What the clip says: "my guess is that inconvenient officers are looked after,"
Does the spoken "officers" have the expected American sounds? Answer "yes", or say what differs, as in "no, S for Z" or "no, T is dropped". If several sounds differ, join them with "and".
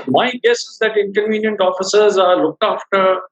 yes